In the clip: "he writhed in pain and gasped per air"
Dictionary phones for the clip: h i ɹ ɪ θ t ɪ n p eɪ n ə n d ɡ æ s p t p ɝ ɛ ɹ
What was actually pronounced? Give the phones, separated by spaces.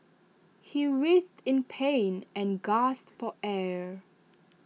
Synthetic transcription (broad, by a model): h i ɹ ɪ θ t ɪ n p eɪ n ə n ɡ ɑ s t f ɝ ɛ ɹ